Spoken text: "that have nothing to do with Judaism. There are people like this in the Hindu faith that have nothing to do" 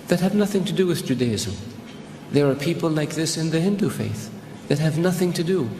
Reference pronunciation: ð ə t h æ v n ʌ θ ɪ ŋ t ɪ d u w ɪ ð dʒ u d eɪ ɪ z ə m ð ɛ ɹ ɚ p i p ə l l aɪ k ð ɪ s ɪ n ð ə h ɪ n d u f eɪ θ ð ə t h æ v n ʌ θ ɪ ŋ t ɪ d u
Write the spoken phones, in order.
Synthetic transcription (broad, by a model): ð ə t h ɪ v n ʌ θ ɪ ŋ t ɪ d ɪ w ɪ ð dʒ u d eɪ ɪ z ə ð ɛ ɹ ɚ p i p l l aɪ k ð ɪ s ɪ n ð ə h ɪ n d u f eɪ θ ð ə t h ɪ v n ʌ θ ɪ ŋ t ɪ d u